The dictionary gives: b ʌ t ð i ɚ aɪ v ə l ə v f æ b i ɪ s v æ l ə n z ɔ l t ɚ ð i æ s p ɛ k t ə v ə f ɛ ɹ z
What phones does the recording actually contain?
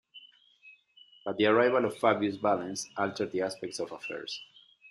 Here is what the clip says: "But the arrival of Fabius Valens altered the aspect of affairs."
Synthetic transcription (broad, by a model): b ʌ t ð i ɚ aɪ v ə l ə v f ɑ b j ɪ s b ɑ l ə n s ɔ l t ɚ ð i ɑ s p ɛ k t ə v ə f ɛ ɹ s